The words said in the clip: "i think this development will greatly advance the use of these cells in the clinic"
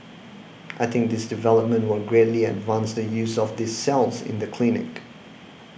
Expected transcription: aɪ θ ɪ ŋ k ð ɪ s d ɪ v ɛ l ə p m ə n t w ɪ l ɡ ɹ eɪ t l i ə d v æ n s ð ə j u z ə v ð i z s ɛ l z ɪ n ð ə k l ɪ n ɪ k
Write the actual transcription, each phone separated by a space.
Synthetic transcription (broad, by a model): aɪ θ ɪ ŋ k ð ɪ s d ɪ v ɛ l ə p m ə n t w ɪ l ɡ ɹ eɪ t l i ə d v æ n s ð ə j u z ə v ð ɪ s ɛ l z ɪ n ð ə k l ɪ n ɪ k